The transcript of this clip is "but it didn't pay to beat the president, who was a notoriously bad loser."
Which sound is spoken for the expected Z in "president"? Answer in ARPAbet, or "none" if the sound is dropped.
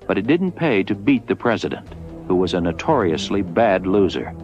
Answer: Z